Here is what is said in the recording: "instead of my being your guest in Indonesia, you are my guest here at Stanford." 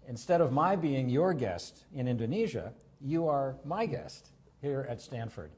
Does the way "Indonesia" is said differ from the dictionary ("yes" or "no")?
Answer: no